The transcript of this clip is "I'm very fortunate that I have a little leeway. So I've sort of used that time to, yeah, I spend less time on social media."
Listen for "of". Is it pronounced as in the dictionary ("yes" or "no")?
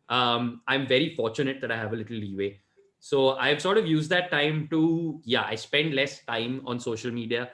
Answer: yes